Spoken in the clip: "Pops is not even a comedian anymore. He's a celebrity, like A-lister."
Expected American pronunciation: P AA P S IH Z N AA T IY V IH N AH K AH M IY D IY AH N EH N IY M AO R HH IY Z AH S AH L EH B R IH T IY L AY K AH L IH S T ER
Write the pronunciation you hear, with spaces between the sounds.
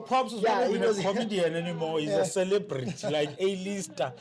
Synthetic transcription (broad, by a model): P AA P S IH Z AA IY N AH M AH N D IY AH N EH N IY M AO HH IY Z AH S AH L EH B R IH T IY L AY K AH L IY S T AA